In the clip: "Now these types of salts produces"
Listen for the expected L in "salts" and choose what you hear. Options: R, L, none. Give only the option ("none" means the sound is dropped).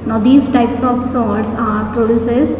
none